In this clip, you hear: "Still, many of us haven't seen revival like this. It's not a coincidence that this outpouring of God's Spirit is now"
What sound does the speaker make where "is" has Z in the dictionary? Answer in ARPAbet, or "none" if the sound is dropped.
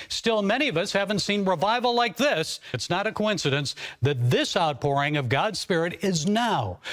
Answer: Z